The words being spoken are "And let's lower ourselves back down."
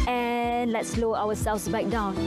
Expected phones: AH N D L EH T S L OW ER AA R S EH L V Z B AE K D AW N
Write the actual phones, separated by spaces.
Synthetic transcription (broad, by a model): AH N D L EH T S L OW AA W S EH L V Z B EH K D AW N